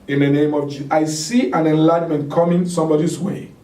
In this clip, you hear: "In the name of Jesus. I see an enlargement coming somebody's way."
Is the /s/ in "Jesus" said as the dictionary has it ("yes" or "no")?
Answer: no